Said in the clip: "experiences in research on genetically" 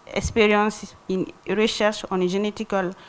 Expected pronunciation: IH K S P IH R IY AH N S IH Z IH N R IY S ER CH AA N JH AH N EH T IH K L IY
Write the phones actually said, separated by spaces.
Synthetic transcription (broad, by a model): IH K S P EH R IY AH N S IH N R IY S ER SH AA N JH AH N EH T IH K L